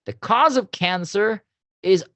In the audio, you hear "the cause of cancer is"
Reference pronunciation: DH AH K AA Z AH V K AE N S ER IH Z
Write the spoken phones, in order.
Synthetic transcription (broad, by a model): DH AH K AA Z AH V K AE N S ER IH Z